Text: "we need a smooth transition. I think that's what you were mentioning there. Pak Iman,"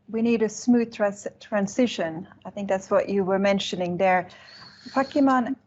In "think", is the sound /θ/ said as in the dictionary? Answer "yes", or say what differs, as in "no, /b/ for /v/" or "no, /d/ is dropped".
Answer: yes